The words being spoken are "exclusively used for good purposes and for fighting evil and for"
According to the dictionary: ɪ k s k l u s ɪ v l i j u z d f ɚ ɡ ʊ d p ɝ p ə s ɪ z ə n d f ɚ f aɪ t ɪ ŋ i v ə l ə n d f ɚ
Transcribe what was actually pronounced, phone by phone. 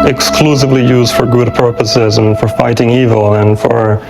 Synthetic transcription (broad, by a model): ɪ k s k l u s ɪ v l i j u z d f ɚ ɡ ʊ d p ɝ p ə s ɪ z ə n f ɚ f aɪ t ɪ ŋ i v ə l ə n f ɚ